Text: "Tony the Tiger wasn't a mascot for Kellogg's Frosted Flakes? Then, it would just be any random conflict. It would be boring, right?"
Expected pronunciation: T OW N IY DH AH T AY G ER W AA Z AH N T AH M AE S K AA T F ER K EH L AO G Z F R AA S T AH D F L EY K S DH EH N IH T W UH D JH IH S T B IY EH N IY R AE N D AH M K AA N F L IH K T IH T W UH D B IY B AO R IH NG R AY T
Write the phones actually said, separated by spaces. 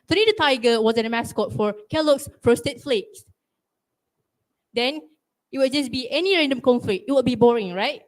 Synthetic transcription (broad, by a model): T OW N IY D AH T AY G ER W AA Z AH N AH M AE S K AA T F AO K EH L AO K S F R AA S T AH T F L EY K S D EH N IH T W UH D JH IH S B IY EH N IY R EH N D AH M K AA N F L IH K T IH T W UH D B IY B AO R IH NG R AY T